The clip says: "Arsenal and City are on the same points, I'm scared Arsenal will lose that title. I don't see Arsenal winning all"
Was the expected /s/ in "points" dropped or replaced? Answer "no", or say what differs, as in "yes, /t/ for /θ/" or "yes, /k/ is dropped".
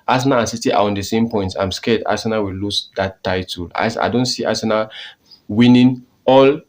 yes, /s/ is dropped